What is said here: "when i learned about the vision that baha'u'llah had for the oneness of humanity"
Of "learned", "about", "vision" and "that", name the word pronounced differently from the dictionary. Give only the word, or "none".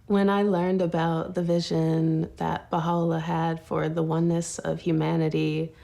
none